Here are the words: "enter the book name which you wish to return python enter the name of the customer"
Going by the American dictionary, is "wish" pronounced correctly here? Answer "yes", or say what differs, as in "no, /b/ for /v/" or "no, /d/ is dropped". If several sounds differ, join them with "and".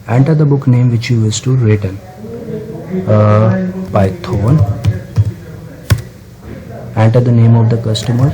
no, /s/ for /ʃ/